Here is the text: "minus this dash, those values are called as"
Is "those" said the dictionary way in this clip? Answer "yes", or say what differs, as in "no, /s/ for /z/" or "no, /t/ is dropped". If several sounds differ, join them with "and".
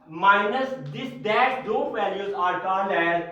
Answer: no, /z/ is dropped